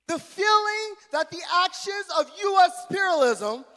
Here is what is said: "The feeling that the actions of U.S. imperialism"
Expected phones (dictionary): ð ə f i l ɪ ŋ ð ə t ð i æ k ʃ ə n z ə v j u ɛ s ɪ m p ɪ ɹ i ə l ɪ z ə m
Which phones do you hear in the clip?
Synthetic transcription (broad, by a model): ð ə f i l ɪ ŋ ð ə t ð i æ k ʃ ə n z ə v j u ɛ s p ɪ ɹ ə l ɪ z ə m